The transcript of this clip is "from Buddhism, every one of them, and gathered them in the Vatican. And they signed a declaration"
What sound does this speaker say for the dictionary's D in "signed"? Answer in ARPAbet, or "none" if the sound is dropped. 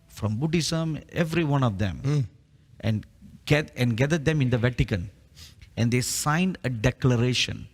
D